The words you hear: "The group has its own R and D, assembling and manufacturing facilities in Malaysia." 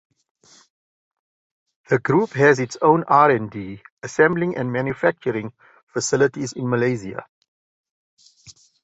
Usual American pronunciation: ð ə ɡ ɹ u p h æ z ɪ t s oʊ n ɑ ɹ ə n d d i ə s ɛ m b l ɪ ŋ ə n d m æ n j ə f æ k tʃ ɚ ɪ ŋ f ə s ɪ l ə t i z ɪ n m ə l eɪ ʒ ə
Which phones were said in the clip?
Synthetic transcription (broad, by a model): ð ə ɡ ɹ u p h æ z ɪ t s oʊ n ɑ ɹ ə n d d i ə s ɛ m b l ɪ ŋ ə n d m æ n j ə f æ k tʃ ɚ ɪ ŋ f ə s ɪ l ə t i z ɪ n m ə l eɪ z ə